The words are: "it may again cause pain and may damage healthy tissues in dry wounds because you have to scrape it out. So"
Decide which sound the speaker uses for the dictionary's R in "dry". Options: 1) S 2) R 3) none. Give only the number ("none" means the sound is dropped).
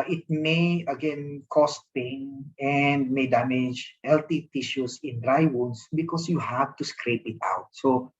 2